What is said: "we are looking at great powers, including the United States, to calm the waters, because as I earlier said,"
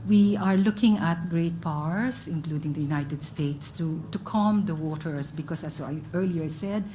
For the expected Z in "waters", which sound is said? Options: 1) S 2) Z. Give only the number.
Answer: 1